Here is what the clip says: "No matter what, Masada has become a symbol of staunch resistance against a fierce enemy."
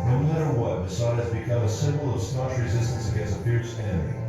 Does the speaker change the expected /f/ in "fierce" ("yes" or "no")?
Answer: yes